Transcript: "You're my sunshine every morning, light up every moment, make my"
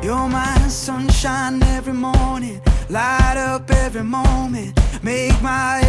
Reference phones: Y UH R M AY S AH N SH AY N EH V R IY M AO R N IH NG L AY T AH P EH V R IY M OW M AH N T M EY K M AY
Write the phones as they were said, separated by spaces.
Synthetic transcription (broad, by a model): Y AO M AY S AH N SH AY N EH V R IY M AO R N IH NG L AY T AH P EH V R IY M OW M AH N T M EY K M AY